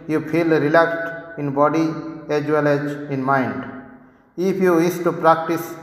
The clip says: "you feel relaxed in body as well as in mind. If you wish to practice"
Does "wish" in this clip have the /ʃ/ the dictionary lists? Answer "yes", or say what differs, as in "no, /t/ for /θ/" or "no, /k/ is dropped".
no, /s/ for /ʃ/